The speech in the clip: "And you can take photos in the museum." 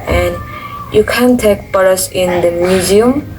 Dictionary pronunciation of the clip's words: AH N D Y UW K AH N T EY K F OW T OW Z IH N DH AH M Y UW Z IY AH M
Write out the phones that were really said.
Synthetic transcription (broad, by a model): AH N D Y UW K AH N T EY K P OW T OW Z IH N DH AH M Y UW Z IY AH M